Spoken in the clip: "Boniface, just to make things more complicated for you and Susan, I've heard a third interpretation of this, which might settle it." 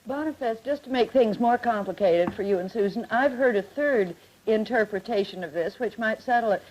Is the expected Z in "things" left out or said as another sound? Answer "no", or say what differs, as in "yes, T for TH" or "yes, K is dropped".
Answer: no